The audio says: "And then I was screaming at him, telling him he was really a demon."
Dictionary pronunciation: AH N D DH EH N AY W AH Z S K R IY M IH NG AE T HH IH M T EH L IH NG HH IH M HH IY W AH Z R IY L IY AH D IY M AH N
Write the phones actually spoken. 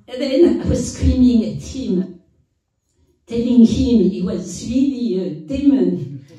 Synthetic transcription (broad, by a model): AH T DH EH N AY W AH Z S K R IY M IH NG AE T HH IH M T EH L IH NG HH IH M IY W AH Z W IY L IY AH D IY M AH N